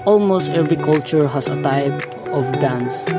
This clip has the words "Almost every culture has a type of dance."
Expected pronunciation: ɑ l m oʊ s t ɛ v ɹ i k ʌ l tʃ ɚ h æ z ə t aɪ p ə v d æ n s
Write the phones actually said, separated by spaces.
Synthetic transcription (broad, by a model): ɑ l m oʊ s t ɛ v ɹ i k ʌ l tʃ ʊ h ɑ s ə t aɪ p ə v d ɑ n s